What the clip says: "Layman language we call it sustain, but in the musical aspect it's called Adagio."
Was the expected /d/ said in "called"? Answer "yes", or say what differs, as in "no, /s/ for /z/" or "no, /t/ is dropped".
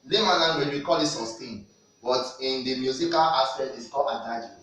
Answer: no, /d/ is dropped